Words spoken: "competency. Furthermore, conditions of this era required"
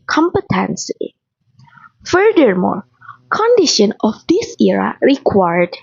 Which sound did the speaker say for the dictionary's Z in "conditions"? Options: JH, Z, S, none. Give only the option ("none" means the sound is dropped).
none